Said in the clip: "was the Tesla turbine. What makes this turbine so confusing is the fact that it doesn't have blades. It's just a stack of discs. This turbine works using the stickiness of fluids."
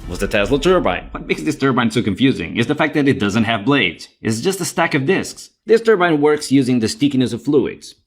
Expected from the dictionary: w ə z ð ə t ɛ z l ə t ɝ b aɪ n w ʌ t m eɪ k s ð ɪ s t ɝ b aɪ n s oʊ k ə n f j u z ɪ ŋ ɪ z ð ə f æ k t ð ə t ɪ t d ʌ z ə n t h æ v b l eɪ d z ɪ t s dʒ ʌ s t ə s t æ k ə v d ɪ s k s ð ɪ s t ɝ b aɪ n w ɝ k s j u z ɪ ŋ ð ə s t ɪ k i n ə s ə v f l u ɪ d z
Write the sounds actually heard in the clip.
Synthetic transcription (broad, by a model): w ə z ð ə t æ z l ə t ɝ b aɪ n w ʌ t m eɪ k s ð ɪ s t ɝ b aɪ n s oʊ k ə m f j u z ɪ ŋ ɪ z ð ə f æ k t ð ə t ɪ t d ʌ z ə n t h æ v b l eɪ d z ɪ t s dʒ ʌ s t ə s t æ k ə v d ɪ s k s ð ɪ s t ɝ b aɪ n w ɝ k s j u z ɪ ŋ ð ə s t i k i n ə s ə v f l u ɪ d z